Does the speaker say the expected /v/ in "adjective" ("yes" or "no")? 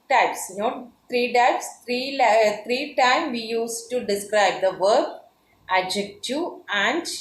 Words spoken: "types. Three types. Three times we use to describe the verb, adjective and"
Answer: no